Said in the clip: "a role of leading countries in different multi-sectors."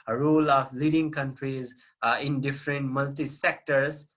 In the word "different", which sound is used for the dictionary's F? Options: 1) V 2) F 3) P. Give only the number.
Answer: 2